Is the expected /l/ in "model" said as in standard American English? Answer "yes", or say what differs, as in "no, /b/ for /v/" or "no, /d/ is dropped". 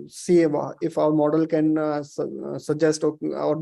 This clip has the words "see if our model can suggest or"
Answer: yes